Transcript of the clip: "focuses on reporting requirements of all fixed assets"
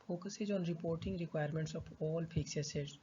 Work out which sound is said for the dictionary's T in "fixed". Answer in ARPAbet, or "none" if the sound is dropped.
none